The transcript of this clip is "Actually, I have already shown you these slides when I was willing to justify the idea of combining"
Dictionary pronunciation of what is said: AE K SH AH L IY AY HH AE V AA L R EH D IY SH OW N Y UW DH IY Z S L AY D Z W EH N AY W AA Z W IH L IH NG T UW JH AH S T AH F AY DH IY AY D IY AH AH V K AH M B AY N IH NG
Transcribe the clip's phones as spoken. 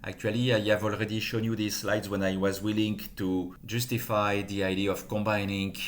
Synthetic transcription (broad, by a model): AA K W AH L IY AY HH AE V AA L R EH D IY SH OW N Y UW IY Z S L AY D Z W EH N AY W AA Z W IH L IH NG T UW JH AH S T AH F AY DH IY AY D IY AH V K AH M B AY N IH NG